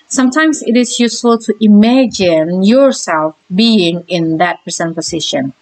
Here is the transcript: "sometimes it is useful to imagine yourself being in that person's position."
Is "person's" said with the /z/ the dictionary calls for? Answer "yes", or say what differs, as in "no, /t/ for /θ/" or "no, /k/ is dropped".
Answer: no, /z/ is dropped